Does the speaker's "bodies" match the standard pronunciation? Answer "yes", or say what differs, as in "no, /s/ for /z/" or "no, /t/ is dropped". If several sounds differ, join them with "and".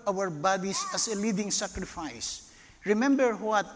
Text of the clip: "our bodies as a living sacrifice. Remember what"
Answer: no, /s/ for /z/